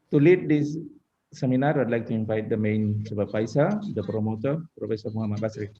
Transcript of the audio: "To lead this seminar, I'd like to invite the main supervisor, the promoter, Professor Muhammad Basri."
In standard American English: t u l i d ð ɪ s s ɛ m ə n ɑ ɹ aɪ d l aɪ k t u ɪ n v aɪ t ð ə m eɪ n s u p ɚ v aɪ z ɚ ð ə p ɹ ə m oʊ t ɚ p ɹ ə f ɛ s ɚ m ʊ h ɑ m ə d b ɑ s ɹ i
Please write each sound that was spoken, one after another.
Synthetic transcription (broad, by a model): t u l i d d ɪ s s ɛ m ə n ɑ ɹ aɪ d l aɪ k t u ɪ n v aɪ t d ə m eɪ n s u b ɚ p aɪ s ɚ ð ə p ɹ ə m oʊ t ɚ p ɹ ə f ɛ s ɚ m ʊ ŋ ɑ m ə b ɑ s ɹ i